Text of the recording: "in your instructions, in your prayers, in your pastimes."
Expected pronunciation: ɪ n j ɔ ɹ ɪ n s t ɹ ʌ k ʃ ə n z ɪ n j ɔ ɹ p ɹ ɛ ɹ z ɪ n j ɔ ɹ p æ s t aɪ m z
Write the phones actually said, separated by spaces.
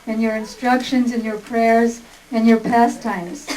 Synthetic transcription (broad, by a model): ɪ n j ɔ ɹ ɪ n s t ɹ ʌ k ʃ ə n z ɪ n j ɔ ɹ p ɹ ɛ ɹ z ɪ n j ɔ ɹ p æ s t aɪ m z